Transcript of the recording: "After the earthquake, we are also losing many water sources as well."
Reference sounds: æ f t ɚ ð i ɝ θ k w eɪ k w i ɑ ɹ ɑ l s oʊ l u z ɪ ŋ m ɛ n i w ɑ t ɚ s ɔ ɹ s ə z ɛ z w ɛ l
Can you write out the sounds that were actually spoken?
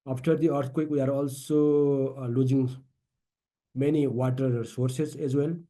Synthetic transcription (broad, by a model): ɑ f t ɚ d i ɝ t k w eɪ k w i ɑ ɹ ɑ l s oʊ l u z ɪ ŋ m ɛ n i w ɑ t ɚ s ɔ ɹ s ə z ɛ z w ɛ l